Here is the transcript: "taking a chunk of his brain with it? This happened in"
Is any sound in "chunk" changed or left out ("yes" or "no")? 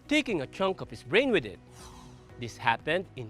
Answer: no